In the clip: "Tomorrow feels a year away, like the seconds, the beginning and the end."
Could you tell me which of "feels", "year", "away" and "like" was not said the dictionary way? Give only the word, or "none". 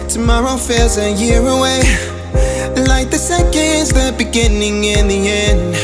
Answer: feels